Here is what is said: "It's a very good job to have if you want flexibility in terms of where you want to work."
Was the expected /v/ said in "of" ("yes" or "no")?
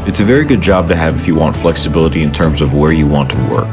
yes